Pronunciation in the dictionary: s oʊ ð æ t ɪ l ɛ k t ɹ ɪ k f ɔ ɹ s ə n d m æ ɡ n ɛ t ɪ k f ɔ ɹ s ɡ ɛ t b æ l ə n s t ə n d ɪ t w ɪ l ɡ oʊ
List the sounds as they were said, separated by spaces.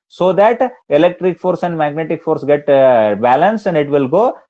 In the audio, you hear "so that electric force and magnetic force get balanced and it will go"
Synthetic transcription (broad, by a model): s oʊ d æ t ɪ l ɛ k t ɹ ɪ k f ɔ ɹ s ə n d m æ ɡ n ɛ t ɪ k f ɔ ɹ s ɡ ɛ t b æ l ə n s ə n d ɪ t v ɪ l ɡ oʊ